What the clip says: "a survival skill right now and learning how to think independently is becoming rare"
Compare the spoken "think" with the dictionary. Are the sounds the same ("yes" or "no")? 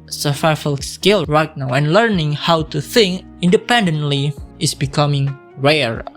yes